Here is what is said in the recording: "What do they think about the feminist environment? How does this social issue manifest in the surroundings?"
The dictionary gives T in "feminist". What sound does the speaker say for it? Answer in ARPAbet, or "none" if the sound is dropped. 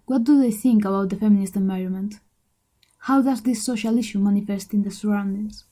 T